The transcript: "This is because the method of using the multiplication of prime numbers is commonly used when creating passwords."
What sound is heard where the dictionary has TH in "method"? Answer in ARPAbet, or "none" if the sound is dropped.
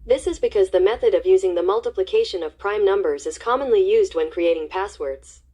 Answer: TH